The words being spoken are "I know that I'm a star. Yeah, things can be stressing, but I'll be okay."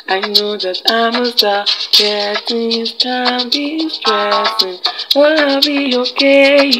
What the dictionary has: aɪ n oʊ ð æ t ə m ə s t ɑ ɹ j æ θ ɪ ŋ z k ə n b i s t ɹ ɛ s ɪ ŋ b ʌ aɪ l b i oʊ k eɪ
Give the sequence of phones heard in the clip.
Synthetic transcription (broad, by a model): aɪ n oʊ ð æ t ə m ə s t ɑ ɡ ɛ t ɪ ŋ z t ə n b i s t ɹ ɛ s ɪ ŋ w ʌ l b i oʊ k eɪ